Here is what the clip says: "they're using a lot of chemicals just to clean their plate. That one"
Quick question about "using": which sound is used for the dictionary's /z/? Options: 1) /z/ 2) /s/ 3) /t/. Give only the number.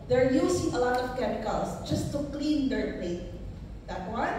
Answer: 2